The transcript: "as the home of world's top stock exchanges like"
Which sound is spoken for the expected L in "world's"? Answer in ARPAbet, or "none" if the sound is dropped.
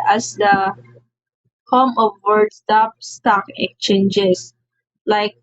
none